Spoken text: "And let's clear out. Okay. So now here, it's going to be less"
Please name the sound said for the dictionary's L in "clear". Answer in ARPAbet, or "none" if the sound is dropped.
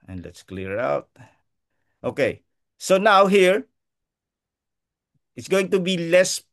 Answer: L